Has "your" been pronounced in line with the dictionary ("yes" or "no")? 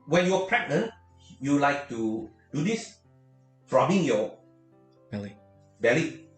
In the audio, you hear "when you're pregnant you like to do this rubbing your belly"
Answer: no